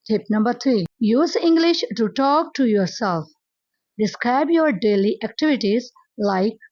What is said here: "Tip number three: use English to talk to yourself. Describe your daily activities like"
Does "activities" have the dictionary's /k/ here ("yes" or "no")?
yes